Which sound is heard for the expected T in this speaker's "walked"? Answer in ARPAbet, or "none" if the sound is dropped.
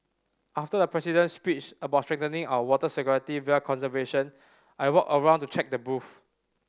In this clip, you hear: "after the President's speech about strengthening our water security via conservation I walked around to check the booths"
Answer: none